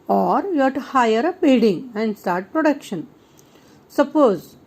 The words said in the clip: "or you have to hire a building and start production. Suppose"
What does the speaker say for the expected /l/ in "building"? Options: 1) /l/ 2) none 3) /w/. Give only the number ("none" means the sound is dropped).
2